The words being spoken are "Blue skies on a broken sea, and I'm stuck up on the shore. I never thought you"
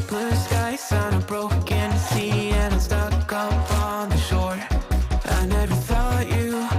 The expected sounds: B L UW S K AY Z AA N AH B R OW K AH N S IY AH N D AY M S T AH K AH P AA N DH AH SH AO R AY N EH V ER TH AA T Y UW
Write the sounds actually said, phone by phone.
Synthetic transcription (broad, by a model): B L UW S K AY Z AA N AH B R OW K AH N S IY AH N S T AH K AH F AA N DH AH SH AO R AY N EH V ER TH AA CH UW